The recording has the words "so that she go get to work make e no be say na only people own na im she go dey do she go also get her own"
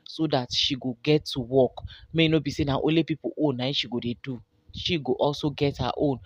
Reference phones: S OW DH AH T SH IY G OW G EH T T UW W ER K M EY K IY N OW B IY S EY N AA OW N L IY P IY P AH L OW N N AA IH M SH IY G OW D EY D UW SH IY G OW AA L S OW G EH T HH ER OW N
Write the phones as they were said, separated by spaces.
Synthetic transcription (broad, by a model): S OW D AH T SH IY G OW G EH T T UW W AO K M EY IY N OW B IY S EY N AA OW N L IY P IY P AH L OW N N AA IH SH IY G OW D EY D UW SH IY G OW AA L S OW G EH T HH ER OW N